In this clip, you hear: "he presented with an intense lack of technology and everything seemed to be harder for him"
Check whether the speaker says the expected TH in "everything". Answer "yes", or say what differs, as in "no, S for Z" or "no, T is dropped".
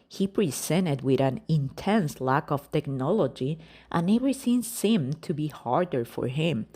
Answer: no, S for TH